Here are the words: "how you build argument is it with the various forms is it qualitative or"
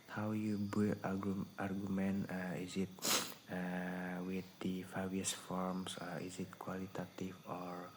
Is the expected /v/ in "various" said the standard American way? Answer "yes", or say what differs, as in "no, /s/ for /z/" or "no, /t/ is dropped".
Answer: no, /f/ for /v/